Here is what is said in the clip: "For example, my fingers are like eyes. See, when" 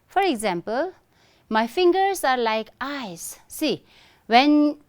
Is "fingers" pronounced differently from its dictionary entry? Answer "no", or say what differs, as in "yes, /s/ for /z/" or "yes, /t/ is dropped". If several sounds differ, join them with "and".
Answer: yes, /s/ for /z/